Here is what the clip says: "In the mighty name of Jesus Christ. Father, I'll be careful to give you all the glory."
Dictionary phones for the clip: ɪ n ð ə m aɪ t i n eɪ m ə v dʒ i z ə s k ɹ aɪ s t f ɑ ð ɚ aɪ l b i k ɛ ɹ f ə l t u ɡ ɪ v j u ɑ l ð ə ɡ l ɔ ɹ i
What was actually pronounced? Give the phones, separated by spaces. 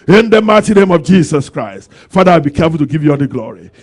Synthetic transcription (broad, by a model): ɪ n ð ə m aɪ t i n eɪ m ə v dʒ i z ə s k ɹ aɪ s t f ɑ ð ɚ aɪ w b i k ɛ f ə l t u ɡ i v j u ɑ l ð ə ɡ l ɔ ɹ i